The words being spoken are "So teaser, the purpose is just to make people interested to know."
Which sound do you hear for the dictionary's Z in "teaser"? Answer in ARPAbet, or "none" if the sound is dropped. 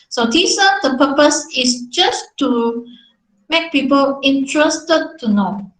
S